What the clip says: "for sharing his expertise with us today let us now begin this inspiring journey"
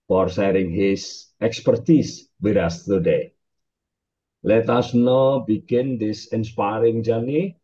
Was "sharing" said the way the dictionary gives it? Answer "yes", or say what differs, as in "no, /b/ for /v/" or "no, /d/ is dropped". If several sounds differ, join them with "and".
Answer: no, /s/ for /ʃ/